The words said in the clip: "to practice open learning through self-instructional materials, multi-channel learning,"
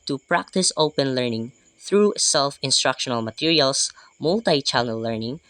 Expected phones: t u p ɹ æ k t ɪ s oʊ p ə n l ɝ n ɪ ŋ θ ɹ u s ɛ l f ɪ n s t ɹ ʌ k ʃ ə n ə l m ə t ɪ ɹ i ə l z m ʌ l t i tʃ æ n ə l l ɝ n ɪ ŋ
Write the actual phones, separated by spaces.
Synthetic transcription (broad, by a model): t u p ɹ æ k t ɪ s oʊ p ə n l ɝ n ɪ ŋ θ ɹ u s ɛ l f ɪ n s t ɹ ʌ k ʃ ə n ə l m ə t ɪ ɹ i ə l s m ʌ l t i tʃ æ l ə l l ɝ n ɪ ŋ